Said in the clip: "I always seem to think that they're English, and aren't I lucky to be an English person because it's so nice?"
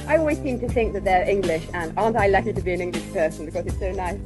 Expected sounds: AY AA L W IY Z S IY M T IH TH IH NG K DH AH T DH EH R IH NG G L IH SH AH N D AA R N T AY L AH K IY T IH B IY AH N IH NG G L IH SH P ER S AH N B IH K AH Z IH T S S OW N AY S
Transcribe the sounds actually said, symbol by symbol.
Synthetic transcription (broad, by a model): AY AA L W IY Z S IY M T IH TH IH NG K DH AH T DH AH R IH NG G L IH SH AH N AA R N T AY L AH K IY T IH B IY AH N IH NG G L IH SH P ER S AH N B IH K AH Z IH T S S OW N AY S